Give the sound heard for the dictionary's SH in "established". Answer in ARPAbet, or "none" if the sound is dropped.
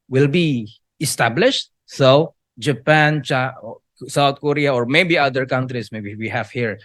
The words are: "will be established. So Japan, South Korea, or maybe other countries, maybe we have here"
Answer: SH